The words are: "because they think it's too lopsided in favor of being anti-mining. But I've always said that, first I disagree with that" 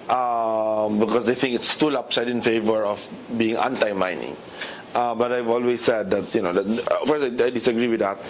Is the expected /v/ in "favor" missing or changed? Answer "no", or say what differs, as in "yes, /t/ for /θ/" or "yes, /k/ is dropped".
no